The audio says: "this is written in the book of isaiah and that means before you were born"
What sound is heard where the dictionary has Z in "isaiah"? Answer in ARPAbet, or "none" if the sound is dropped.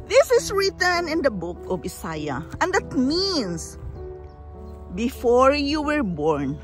S